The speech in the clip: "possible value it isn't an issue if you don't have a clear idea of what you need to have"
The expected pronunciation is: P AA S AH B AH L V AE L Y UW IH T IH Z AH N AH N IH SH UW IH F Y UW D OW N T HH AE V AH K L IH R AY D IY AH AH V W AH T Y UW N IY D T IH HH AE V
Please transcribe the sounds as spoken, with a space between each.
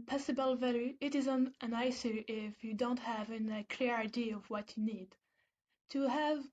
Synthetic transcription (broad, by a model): P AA S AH B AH L V AE L Y UW IH T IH Z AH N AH N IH S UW IH F Y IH D OW N T HH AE V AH K L IH R AY D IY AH AH V W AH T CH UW N IY D T IH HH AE V